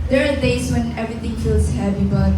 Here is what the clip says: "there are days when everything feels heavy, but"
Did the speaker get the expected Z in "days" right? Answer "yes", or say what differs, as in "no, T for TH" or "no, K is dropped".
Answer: no, S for Z